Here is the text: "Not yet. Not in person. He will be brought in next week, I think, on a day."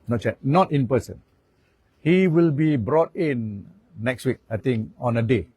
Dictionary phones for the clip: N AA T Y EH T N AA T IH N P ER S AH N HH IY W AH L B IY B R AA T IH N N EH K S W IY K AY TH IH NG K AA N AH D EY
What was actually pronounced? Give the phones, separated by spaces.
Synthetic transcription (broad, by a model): N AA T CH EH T N AA T IH N P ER S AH N HH IY W AH L B IY B R AA T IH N N EH K S W IY K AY T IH NG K AA N AH D EY